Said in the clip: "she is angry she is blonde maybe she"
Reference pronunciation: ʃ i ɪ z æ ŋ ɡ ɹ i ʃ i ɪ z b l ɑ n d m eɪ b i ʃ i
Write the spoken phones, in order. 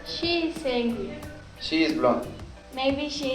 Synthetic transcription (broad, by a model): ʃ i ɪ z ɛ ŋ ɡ i ʃ i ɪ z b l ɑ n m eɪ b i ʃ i